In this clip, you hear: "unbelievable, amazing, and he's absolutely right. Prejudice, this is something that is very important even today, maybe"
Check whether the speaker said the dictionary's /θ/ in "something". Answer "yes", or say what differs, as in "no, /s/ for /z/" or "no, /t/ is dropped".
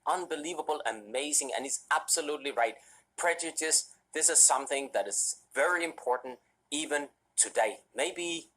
yes